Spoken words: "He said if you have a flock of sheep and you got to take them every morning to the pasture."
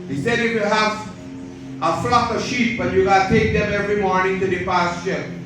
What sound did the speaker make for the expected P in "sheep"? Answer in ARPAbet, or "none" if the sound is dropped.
B